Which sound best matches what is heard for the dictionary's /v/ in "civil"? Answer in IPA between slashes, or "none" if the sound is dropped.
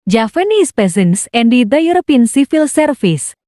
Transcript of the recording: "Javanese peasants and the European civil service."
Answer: /f/